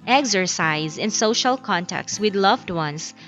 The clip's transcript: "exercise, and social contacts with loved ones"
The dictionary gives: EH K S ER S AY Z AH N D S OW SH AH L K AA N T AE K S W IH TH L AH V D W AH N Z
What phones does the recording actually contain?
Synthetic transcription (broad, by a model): EH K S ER S AY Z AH N S OW SH AH L K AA N T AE K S W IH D L AH V D W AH N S